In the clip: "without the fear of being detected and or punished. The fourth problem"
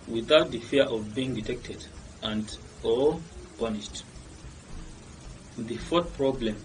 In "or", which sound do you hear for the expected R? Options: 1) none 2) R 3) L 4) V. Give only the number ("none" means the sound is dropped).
3